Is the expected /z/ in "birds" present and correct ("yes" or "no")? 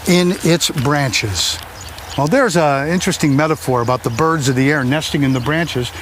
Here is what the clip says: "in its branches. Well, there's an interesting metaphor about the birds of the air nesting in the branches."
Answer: yes